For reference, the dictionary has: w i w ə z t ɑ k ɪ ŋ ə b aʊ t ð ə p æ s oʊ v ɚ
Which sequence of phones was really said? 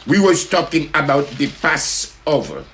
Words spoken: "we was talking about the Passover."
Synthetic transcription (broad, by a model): w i w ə s t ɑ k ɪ ŋ ə b aʊ t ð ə p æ s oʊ v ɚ